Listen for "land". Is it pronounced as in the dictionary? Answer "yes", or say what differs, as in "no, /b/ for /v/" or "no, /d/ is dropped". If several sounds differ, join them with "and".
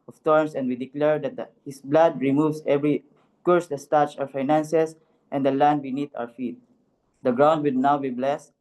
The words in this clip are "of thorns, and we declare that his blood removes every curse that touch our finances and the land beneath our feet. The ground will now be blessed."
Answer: yes